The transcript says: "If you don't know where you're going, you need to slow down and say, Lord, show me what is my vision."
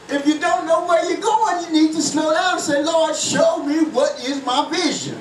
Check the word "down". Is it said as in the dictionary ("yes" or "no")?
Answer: no